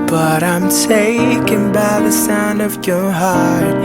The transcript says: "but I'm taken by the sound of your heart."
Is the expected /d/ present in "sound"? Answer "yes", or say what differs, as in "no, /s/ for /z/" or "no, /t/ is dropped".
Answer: yes